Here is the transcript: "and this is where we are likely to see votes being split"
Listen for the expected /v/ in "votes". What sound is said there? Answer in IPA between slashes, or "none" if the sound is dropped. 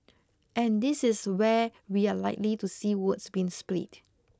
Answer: /w/